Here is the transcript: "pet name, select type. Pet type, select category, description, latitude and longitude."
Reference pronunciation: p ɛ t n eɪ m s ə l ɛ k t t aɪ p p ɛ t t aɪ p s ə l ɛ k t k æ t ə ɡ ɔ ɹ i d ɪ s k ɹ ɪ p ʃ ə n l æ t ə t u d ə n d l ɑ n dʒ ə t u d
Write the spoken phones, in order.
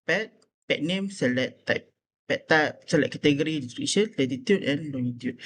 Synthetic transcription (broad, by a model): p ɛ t n eɪ m s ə l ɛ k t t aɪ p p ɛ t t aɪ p s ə l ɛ t k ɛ t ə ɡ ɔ ɹ i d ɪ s ɹ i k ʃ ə n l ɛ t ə t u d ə n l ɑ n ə t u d